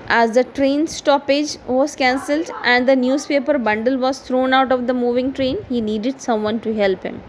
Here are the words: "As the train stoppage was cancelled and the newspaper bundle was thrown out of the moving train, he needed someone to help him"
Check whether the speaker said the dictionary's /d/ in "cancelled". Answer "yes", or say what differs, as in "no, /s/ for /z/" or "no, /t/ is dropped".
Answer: yes